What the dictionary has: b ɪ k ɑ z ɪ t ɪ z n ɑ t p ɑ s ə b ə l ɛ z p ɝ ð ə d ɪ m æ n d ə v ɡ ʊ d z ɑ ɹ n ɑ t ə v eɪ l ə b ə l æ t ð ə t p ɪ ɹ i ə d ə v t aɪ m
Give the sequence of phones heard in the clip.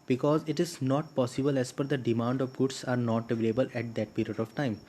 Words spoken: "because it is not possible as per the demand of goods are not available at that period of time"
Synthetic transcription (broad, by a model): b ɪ k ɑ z ɪ t ɪ z n ɑ t p ɑ s ə b ə l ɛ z f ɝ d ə d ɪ m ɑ n d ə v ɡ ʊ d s ɑ ɹ n ɑ t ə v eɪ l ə b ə l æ t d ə t p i ɹ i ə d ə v t aɪ m